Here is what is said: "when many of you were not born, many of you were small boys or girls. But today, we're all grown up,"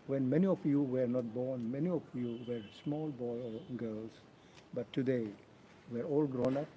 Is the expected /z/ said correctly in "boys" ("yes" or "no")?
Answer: no